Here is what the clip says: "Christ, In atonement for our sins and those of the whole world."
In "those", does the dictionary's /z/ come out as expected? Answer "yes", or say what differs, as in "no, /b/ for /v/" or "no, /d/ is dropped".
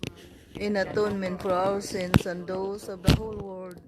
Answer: no, /s/ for /z/